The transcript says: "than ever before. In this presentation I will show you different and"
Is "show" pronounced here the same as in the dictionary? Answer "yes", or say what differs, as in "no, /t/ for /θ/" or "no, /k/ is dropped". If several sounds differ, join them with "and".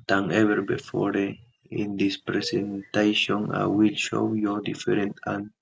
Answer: yes